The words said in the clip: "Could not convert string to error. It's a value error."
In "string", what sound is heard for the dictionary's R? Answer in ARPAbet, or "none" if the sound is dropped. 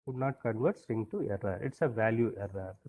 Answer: none